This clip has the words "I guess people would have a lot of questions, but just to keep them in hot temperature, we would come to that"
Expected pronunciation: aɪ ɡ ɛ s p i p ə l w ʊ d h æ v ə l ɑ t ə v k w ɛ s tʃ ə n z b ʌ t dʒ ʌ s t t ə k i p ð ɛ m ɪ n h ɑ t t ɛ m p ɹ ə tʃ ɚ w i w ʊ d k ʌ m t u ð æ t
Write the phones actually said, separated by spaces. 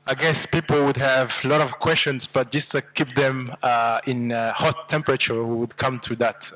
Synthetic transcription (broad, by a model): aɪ ɡ ɛ s p i p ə l w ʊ d h æ v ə l ɑ t ə v k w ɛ s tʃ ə n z b ʌ t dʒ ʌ s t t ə k i p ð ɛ m ɪ n h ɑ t t ɛ m p ɹ ə tʃ ɚ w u w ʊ d k ʌ m t u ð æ t